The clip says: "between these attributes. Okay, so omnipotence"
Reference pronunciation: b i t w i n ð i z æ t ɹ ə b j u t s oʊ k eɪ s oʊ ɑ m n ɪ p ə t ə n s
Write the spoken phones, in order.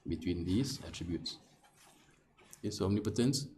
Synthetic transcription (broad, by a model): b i t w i n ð i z æ t ɹ ə b j u t s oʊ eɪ s oʊ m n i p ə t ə n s